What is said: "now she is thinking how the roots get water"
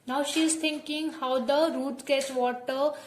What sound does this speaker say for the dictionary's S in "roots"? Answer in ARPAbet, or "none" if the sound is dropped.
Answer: none